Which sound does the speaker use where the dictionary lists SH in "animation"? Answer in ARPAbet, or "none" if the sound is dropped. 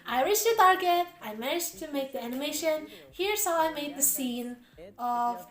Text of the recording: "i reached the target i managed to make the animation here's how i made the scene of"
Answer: SH